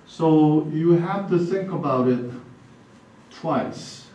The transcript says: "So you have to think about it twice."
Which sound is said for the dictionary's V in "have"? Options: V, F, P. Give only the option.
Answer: F